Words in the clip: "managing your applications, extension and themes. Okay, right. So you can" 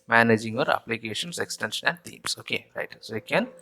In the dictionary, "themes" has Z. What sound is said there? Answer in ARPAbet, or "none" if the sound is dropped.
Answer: S